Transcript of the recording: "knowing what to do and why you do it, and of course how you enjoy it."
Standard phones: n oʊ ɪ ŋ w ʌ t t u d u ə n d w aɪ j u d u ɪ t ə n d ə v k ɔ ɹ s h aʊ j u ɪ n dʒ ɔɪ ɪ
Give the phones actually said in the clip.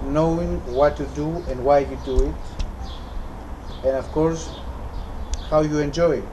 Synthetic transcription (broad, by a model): n oʊ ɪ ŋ w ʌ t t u d u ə n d w aɪ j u d u ɪ t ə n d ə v k ɔ ɹ s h aʊ j u ɪ n dʒ ɔɪ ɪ